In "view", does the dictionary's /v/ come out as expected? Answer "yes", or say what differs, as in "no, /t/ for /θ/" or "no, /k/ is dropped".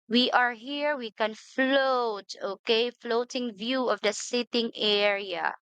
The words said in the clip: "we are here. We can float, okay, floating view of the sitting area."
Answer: yes